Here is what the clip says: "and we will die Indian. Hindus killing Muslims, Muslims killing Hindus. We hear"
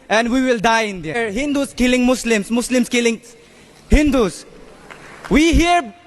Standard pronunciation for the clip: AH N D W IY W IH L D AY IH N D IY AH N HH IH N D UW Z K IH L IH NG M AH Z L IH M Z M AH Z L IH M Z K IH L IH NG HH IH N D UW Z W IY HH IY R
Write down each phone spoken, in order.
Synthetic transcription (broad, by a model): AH N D W IY W IH L D AY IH N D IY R HH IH N D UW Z K IH L IH NG M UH S L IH M S M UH S L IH M S K IH L IH NG HH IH N D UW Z W IY HH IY R